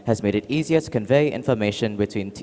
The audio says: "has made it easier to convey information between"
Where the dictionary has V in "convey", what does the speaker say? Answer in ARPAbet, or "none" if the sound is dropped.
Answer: V